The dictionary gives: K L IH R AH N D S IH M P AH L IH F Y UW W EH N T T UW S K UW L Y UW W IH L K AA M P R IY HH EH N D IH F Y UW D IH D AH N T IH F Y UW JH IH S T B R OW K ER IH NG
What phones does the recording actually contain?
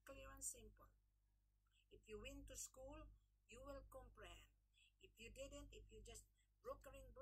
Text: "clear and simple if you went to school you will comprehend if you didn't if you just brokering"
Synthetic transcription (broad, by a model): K L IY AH N S IH M P AH L IH F Y UW W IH N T T UW S K UW L Y UW W IH L K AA M P R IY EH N IH F Y UW D IH D AH N T IH F Y UW JH IH S T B R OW K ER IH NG